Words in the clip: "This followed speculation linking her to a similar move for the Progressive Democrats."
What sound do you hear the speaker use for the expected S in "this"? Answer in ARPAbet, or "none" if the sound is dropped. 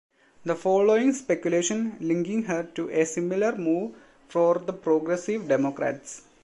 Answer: none